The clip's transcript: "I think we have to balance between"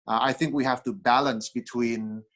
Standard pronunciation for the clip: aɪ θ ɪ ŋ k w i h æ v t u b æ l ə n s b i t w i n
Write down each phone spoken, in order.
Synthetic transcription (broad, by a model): aɪ θ ɪ ŋ k w i h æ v t u b æ l ə n s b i t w i n